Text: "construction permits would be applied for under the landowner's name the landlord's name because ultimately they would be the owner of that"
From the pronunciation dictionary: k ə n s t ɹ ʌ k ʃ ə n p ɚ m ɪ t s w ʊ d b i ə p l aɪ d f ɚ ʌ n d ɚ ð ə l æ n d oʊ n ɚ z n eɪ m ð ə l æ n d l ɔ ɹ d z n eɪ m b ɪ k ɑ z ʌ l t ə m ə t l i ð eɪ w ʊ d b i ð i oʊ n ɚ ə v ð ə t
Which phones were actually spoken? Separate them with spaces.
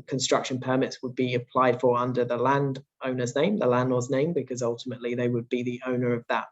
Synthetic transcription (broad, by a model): k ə n s t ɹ ʌ k ʃ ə n p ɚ m ɪ t s w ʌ d b i ə p l aɪ d f ɚ ʌ n d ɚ ð ə l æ n d oʊ n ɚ z n eɪ m ð ə l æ n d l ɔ z n eɪ m b ɪ k ɑ z ʌ l t ə m ə t l i ð eɪ w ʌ d b i ð i oʊ n ɚ ə v ð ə t